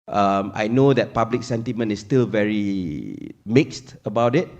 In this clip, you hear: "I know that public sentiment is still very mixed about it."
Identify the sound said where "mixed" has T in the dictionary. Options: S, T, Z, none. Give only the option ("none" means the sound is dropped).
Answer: T